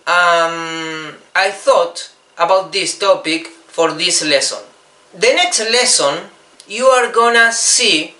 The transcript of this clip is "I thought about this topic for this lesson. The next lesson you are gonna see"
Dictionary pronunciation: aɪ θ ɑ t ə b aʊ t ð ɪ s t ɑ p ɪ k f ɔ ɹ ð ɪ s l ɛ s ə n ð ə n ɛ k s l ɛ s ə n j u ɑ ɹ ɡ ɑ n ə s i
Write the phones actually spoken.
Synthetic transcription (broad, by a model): aɪ θ ɑ t ə b aʊ t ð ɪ s t ɑ p ɪ k f ɔ ɹ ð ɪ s l ɛ s ə n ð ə n ɛ k s l ɛ s ə n j u ɑ ɹ ɡ ɑ n ə s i